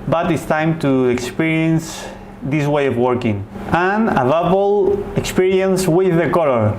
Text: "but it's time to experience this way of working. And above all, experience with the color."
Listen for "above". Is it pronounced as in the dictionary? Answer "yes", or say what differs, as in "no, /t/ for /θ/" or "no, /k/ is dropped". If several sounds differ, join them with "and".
no, /p/ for /v/